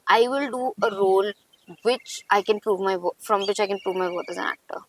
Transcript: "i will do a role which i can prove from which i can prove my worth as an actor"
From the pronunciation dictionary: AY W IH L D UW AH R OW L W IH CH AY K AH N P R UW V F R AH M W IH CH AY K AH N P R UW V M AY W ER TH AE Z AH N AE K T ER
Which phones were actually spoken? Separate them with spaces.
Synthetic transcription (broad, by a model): AY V IH L D UW AH R OW L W IH CH AY K AH N P R UW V F R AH M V IH CH AY K AH N P R UW V M AY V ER T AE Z AH N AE K T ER